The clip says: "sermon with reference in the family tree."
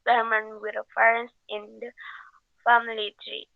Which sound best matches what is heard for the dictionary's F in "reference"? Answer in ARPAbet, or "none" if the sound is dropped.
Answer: none